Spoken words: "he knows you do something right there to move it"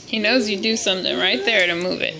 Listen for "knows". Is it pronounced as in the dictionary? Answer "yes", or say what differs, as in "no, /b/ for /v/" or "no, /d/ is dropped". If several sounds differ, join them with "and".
yes